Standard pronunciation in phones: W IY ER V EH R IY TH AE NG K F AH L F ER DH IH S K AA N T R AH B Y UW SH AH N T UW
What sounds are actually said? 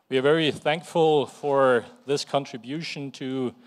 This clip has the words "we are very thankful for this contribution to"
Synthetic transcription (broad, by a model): W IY ER V EH R IY TH AE NG K F AH L F ER DH IH S K AA N T R AH B Y UW SH AH N T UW